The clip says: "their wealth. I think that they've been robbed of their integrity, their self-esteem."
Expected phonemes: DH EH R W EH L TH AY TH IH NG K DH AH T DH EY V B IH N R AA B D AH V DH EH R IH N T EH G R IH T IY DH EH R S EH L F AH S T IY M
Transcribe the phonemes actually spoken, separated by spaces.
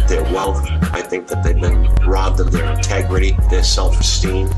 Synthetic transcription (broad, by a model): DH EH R W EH L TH AY TH IH NG K DH AH T DH EY V B IH N R AA B D AH V DH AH R IH N T EH G R IH T IY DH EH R S EH L F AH S T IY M